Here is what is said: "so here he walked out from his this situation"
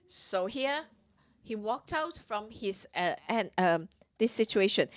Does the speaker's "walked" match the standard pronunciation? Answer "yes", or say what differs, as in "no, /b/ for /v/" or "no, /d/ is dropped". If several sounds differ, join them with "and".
yes